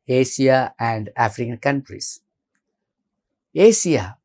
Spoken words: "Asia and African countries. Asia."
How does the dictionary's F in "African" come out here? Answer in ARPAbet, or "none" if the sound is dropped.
F